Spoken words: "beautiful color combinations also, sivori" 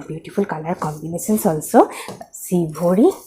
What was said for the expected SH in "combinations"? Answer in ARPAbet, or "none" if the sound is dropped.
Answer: S